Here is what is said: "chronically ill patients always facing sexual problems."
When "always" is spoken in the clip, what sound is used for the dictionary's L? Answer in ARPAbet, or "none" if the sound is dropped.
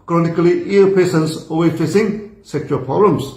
none